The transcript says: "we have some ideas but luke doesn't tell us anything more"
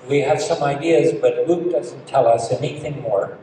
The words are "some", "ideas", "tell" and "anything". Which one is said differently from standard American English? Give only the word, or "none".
none